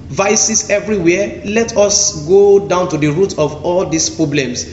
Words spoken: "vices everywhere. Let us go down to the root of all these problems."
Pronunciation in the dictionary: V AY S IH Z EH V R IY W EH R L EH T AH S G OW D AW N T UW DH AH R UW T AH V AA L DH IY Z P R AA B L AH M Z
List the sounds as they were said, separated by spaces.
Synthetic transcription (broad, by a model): V AY S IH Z EH V R IY W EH L EH T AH S G OW D AW N T UW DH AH R UW T AH V AA L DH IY S P R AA B L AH M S